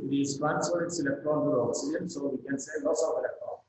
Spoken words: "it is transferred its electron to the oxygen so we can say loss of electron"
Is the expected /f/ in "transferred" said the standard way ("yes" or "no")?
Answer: no